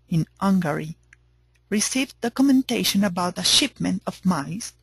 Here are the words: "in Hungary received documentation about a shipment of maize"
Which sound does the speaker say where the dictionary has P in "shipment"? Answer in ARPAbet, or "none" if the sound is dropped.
P